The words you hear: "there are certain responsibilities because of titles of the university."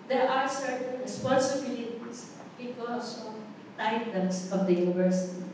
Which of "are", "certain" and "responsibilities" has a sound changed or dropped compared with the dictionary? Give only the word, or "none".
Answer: responsibilities